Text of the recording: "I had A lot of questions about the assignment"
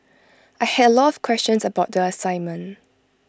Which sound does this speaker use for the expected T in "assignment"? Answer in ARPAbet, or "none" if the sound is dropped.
none